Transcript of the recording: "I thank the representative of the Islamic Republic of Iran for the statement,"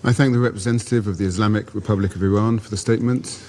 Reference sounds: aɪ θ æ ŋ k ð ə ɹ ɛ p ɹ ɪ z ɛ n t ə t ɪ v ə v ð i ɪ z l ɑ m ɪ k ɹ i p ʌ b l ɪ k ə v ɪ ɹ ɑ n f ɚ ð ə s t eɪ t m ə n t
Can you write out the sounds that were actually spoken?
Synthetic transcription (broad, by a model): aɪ θ æ ŋ k ð ə ɹ ɛ p ɹ ɪ z ɛ n t ə t ɪ v ə v ð i ɪ z l ɑ m ɪ k ɹ i p ʌ b l ɪ k ə v ɪ ɹ ɑ n f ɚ ð ə s t eɪ t m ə n t